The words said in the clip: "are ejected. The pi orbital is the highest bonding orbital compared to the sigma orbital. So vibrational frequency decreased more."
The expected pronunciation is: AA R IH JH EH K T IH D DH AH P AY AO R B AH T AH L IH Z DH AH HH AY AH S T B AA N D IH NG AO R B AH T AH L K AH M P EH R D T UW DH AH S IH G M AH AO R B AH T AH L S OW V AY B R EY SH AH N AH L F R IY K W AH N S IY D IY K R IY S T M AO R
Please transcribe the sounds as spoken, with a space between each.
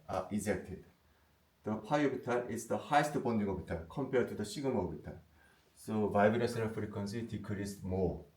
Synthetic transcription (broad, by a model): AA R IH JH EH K T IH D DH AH P AY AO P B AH T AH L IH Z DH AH HH AY AH S T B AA N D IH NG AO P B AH T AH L K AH M P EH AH T UW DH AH SH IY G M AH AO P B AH T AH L S OW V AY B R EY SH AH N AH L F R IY K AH N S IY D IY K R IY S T M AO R